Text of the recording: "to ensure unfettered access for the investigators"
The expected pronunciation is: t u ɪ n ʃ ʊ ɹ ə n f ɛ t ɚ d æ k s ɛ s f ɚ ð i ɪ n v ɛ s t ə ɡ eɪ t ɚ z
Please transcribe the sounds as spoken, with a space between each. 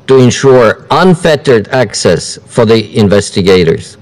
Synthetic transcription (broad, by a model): t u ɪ n ʃ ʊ ɹ ə n f ɛ t ɚ d æ k s ɛ s f ɚ ð i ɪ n v ɛ s t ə ɡ eɪ t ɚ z